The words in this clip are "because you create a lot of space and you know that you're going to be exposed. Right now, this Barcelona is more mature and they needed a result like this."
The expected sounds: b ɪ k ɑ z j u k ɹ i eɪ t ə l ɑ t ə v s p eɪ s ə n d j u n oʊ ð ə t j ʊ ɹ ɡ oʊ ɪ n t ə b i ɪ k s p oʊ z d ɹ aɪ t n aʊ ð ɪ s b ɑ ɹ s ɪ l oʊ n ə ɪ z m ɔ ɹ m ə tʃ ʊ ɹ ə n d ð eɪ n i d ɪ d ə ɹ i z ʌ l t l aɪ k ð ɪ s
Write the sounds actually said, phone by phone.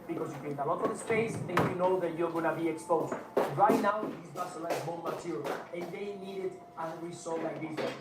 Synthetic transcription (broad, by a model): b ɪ k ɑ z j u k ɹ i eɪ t ə l ɑ t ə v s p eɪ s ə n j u n oʊ ð ə t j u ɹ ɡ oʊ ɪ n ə b i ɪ k s p oʊ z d ɹ aɪ t n aʊ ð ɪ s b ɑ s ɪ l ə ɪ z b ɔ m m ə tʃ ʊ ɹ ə n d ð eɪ n i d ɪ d ə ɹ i s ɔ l l aɪ k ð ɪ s